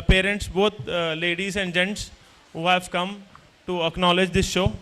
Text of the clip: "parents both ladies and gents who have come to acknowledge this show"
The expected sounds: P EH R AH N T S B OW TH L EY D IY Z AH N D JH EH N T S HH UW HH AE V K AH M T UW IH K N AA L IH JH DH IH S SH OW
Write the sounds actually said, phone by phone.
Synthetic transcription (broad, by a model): P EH R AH N T S B OW T L EY D IY Z AH N D JH EH N T S HH UW HH AE V K AH M T UW IH K N AA L IH JH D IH S SH OW